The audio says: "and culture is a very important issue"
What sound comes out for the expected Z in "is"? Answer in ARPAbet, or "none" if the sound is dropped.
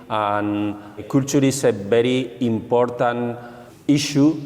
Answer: S